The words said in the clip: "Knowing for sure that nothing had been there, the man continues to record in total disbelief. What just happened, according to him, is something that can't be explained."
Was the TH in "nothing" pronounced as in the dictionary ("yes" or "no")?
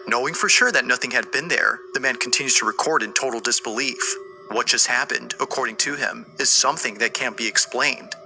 yes